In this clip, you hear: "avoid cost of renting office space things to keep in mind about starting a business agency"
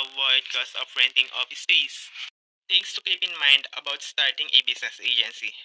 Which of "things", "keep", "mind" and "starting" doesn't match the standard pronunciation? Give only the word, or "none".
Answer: things